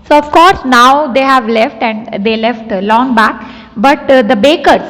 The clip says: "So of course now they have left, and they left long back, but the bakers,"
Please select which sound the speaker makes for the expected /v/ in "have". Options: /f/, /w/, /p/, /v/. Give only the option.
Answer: /v/